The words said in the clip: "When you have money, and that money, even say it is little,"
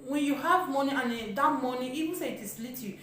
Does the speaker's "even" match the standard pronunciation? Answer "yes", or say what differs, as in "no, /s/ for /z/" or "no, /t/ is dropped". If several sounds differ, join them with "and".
no, /w/ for /v/